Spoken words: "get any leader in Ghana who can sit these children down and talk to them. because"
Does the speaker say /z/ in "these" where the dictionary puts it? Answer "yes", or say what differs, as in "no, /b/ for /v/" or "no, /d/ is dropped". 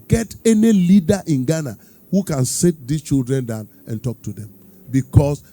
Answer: no, /s/ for /z/